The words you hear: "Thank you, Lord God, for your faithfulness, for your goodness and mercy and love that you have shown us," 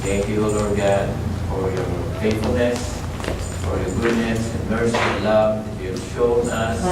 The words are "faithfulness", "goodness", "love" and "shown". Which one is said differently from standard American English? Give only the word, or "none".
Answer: faithfulness